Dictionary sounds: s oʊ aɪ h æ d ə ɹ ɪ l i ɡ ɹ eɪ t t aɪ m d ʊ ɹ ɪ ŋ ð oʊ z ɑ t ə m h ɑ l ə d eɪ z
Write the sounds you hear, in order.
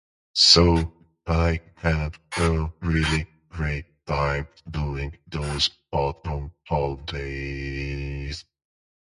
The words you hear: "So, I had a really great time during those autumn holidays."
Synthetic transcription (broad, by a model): s oʊ aɪ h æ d ə ɹ ɪ l i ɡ ɹ eɪ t t aɪ m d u ɪ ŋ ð oʊ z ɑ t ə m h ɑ l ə d eɪ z